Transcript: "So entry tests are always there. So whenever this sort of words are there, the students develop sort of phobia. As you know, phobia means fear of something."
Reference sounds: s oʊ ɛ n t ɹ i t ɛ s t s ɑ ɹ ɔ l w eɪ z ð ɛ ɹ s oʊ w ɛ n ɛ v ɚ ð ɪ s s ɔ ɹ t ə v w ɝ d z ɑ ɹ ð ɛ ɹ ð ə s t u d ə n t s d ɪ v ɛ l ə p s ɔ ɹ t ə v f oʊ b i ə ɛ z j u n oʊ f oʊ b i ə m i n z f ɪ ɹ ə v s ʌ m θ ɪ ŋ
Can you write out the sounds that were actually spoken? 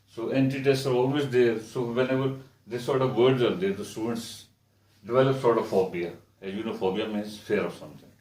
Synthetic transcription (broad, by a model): s oʊ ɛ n t i t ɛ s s ɑ ɹ ɔ l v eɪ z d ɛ ɹ s oʊ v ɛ n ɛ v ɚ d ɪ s s ɔ ɹ t ə v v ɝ d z ɑ ɹ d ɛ ɹ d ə s t u d ə n t s d ɪ v ɛ l ə p s ɔ ɹ t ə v f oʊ b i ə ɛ j u n oʊ f oʊ b i ə m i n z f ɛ ɹ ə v s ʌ m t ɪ ŋ